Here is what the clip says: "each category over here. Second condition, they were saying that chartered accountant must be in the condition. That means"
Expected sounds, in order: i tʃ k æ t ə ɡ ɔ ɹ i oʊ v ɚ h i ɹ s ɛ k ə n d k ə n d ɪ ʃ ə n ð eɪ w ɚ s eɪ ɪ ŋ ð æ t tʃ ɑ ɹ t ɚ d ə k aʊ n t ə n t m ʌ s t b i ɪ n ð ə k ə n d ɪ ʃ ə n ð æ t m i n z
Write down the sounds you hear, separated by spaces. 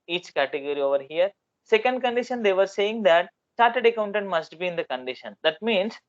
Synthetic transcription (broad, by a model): i tʃ k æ t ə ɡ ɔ ɹ i oʊ v ɚ h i ɹ s ɛ k ə n d k ə n d ɪ ʃ ə n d eɪ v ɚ s eɪ ɪ ŋ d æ t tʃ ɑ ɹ t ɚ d ə k aʊ n t ə n t m ʌ s t b i ɪ n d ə k ə n d ɪ ʃ ə n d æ t m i n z